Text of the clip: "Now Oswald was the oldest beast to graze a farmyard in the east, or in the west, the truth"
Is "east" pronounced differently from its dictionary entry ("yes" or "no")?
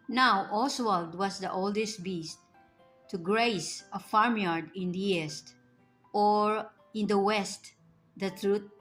no